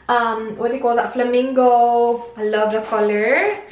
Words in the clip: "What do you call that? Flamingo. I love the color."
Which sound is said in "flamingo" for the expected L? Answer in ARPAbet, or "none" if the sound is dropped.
L